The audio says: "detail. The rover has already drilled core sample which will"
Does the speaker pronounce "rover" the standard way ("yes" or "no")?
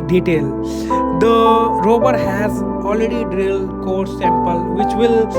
no